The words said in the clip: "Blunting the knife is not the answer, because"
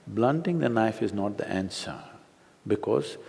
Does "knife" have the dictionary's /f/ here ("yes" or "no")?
yes